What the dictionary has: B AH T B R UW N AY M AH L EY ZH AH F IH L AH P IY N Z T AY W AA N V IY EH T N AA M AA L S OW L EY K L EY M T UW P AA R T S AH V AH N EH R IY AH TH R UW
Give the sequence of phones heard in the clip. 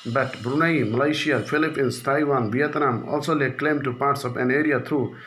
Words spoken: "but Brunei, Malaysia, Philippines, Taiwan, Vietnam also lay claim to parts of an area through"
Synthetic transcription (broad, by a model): B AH T B R UW N AY M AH L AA S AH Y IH L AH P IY N S T AY W AA N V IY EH T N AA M AA L S OW L EY K L EY M T UW P AA R T S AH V AH N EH R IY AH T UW